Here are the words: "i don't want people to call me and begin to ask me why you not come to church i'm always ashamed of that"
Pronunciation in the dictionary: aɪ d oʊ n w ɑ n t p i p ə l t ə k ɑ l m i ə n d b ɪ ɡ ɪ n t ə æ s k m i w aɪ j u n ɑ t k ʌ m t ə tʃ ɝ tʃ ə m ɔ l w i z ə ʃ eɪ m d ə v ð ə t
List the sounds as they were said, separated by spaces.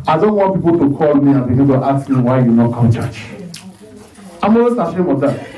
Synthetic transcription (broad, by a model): aɪ d oʊ n w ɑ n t p i p ə l t ə k ɑ l m i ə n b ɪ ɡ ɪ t t ə s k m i w aɪ j u n ɑ t k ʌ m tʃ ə tʃ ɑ ə m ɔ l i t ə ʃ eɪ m ə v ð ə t